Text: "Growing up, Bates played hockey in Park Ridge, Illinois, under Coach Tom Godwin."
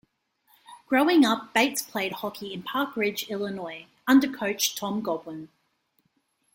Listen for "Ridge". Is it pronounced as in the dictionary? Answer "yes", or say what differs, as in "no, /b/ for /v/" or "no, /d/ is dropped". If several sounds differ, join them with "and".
yes